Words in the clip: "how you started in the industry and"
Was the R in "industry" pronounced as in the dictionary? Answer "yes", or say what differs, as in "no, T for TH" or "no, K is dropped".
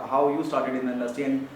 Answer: no, R is dropped